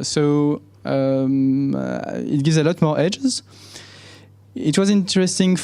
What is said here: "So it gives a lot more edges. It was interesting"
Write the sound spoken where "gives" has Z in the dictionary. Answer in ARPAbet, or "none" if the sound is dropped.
Z